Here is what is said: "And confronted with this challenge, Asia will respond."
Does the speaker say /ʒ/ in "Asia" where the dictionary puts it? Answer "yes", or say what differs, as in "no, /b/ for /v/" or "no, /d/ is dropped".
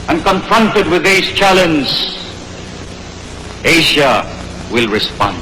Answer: no, /ʃ/ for /ʒ/